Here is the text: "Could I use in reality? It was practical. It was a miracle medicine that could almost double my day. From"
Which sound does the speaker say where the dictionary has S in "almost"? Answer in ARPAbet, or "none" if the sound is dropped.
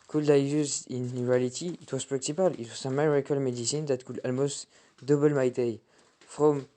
S